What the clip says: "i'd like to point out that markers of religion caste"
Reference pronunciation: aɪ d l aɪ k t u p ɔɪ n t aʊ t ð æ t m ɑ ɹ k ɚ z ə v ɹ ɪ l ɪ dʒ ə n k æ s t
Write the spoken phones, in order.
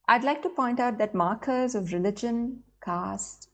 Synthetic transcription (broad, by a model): aɪ d l aɪ k t u p ɔɪ n t aʊ t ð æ t m ɑ ɹ k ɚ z ə v ɹ ɪ l ɪ dʒ ə n k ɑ s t